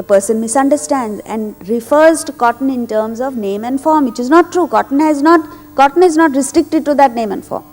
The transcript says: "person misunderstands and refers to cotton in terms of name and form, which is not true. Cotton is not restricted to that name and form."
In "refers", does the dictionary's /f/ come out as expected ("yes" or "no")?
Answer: yes